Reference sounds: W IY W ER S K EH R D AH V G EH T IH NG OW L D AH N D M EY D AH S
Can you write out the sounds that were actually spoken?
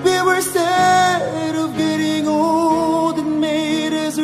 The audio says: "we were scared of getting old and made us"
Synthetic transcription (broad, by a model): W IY W ER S EH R D AH V G EH T IH NG OW L D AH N M EY D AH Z